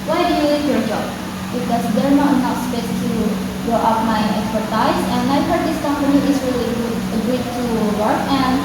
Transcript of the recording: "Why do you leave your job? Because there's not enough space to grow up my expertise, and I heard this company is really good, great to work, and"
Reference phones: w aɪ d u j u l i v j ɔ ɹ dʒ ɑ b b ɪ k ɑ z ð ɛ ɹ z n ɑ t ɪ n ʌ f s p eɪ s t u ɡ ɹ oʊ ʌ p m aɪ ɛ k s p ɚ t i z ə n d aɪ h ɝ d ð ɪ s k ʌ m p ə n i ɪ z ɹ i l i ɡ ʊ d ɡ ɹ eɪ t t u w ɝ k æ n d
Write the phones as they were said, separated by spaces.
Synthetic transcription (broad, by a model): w aɪ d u j u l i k j ɔ ɹ dʒ ɑ b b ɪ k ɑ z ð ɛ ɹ n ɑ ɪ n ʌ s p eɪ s t u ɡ oʊ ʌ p m aɪ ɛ k s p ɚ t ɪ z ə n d aɪ h ɝ d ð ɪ s k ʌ m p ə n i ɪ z ɹ i l i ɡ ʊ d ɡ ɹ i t t u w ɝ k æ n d